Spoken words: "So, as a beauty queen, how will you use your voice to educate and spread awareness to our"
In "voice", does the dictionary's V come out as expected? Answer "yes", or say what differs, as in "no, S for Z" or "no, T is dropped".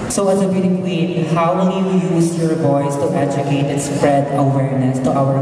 no, B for V